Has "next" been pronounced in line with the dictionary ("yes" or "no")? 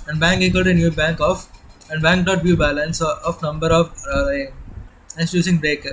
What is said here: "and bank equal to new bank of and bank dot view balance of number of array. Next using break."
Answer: no